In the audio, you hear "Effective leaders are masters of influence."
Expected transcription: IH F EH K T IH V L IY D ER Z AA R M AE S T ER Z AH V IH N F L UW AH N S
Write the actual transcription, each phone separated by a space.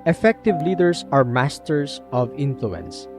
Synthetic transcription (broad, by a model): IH F EH K T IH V L IY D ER S AA R M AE S T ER S AH V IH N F L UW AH N S